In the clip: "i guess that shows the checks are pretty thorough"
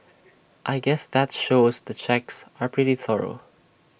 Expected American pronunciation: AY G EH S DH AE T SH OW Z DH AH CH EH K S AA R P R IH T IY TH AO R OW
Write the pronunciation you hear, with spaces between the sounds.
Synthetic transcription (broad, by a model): AY G EH S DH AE T SH OW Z DH AH CH EH K S AA R P R IH T IY TH AO R OW